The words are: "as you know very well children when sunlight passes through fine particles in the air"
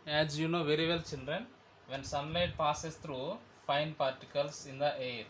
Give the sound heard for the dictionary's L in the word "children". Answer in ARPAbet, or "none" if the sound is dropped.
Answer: N